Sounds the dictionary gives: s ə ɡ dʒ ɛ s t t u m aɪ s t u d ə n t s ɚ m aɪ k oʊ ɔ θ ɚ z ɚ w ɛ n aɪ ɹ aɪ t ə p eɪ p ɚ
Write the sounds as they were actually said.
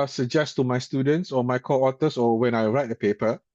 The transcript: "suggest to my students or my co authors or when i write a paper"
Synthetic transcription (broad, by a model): s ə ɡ dʒ ɛ s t t u m aɪ s t u d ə n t s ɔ m aɪ k oʊ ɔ t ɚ s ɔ w ɛ n aɪ ɹ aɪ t ə p eɪ p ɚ